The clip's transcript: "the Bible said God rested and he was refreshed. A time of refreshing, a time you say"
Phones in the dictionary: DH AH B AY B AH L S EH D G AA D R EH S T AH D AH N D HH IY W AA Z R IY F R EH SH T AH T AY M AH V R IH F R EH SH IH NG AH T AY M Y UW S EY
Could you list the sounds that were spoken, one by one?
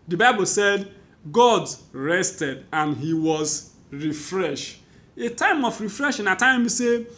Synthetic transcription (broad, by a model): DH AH B AY B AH L S EH D G AA D R EH S T AH D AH N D HH IY W AA Z R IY F R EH SH AH T AY M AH F R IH F R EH SH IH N AH T AY M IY S EY